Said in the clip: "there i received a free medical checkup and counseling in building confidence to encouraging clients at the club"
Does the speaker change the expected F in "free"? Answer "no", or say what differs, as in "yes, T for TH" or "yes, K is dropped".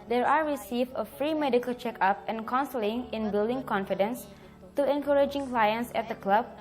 no